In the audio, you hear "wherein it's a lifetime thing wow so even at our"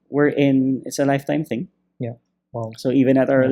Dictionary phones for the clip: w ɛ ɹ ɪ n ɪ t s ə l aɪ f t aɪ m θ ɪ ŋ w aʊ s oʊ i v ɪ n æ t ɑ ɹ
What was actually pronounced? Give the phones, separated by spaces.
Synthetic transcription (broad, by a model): w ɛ ɹ ɪ n ɪ t s ə l aɪ f t aɪ m θ ɪ ŋ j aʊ s oʊ i v ɪ n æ t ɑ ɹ